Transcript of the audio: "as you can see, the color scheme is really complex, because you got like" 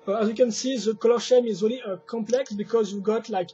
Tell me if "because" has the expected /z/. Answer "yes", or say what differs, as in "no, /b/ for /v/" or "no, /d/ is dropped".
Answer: yes